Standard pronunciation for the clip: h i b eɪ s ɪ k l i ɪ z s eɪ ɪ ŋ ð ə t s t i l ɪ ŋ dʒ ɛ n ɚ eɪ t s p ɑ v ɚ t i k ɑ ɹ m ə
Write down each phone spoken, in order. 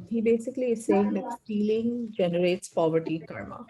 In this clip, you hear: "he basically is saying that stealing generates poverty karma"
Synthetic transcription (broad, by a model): h i b eɪ s ɪ k l i ɪ z s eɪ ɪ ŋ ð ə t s t i l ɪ ŋ dʒ ɛ n ɚ eɪ t s p ɑ v ɚ t i k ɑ ɹ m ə